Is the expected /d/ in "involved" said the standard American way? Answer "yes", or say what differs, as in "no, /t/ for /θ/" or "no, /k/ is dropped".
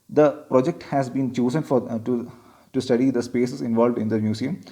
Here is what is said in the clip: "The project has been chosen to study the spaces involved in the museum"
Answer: yes